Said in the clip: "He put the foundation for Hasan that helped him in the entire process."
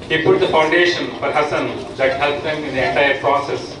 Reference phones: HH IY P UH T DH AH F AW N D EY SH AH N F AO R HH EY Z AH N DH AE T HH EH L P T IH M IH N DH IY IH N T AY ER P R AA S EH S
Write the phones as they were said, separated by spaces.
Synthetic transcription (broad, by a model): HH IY P UH T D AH F AW N D EY SH AH N F AO R HH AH S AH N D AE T HH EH L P IH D IH N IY IH N T AY ER P R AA S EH S